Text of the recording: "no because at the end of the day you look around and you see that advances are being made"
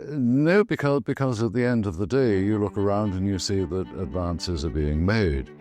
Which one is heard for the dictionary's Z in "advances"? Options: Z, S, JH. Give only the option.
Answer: Z